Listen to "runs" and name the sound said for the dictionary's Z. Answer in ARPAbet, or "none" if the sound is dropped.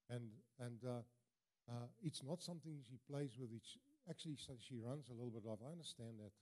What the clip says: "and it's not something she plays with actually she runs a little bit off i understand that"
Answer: Z